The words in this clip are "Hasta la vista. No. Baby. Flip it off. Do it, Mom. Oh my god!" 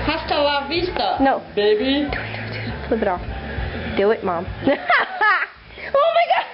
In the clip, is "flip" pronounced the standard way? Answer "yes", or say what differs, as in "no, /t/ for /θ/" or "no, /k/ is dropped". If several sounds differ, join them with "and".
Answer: no, /b/ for /p/